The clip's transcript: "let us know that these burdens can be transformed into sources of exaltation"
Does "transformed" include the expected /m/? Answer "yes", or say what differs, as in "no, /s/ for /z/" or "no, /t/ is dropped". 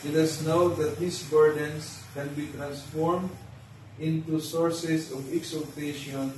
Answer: yes